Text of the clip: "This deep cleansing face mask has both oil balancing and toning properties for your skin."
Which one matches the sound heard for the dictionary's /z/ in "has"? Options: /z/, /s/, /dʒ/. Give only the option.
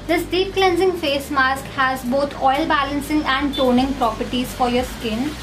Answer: /z/